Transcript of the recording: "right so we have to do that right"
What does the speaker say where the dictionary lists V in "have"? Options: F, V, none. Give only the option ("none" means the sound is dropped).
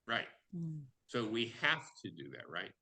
F